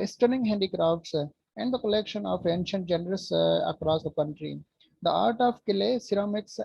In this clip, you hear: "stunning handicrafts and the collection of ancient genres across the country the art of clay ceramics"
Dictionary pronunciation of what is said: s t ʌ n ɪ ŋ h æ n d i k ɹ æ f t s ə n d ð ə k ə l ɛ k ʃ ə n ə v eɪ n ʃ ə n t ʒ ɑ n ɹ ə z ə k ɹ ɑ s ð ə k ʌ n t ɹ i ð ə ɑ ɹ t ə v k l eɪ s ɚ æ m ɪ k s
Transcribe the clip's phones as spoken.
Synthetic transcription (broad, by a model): s t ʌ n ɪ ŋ h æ n d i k ɹ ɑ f t s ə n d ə k ə l ɛ k ʃ ə n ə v eɪ n ʃ ə n t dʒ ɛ n ɹ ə s ə k ɹ ɑ s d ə k ʌ n t ɹ i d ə ɑ ɹ t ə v k l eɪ s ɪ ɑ m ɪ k s